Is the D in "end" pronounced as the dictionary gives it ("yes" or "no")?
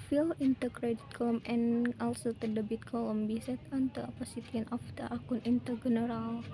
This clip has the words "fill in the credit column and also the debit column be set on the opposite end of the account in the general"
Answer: no